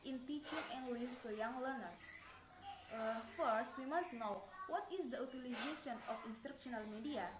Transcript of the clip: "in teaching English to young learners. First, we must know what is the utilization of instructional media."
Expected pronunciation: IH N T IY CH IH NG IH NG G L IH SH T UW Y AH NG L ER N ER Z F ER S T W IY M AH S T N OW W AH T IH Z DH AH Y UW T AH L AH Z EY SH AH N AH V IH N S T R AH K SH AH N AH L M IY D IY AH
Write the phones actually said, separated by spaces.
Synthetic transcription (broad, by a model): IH N T IY CH IH NG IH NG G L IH S T UW Y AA NG L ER N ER S F ER S T W IY M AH S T N OW W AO T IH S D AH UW T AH L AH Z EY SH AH N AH F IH N S T R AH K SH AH N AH L M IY D IY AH